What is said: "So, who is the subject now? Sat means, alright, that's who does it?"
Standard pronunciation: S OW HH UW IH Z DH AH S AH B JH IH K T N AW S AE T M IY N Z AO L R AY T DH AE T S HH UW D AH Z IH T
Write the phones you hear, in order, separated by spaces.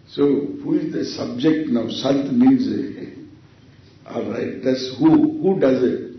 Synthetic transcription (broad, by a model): S OW HH UW IH Z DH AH S AH B JH IH K T N AW S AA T M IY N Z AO R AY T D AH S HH HH UW D AH Z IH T